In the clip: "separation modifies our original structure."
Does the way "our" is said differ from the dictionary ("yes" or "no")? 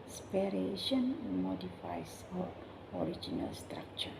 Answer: no